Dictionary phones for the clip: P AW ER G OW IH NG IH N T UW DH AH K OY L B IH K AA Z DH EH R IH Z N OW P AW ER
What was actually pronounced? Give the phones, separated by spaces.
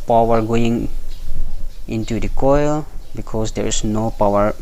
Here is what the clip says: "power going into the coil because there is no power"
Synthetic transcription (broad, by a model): P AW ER G OW IH NG IH N T UW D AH K OY L B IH K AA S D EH R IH S N OW P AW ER